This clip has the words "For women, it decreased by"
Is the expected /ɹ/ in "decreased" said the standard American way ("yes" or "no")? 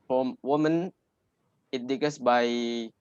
no